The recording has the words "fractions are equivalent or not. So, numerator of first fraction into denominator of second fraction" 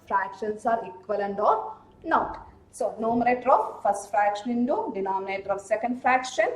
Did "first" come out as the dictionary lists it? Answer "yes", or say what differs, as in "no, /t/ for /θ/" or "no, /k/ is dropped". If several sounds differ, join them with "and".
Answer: yes